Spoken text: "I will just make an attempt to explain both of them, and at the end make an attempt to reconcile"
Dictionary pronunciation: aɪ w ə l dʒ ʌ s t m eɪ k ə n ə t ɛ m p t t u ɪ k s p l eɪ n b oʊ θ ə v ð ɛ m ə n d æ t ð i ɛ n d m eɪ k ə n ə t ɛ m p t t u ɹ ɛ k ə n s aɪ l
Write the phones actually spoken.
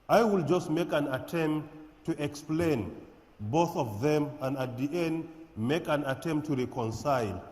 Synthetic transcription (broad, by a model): aɪ w ə l dʒ ʌ s t m eɪ k ə n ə t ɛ m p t t u ɪ k s p l eɪ n b oʊ θ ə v ð ɛ m ə n d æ t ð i ɛ n d m eɪ k ə n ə t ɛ m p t t u ɹ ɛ k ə n s aɪ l